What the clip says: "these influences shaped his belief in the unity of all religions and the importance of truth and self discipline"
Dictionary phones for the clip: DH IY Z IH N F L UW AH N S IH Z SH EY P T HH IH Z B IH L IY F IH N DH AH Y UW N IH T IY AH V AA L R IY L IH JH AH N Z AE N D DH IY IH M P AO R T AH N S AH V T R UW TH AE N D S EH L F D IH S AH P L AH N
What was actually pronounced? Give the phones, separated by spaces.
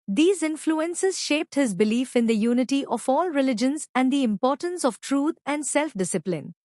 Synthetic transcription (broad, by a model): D IY Z IH N F L UW AH N S IH Z SH EY P T HH IH Z B IH L IY F IH N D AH Y UW N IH T IY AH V AA L R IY L IH JH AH N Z AE N D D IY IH M P AO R T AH N S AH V T R UW T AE N D S EH L F D IH S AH P L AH N